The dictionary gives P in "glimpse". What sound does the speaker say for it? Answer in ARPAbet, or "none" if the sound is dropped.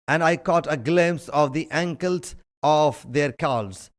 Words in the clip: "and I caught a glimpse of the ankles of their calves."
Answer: none